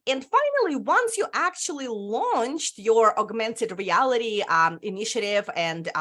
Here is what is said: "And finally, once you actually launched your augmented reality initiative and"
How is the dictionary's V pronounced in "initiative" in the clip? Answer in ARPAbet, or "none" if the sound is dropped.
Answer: V